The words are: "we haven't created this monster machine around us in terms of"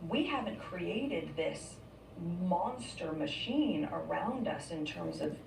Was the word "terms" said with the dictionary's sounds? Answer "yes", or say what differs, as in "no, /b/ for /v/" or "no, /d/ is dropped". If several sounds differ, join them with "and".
yes